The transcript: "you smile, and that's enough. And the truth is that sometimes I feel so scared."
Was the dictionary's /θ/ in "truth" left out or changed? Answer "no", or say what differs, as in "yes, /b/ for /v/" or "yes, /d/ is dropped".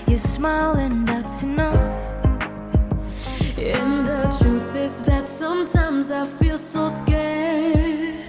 no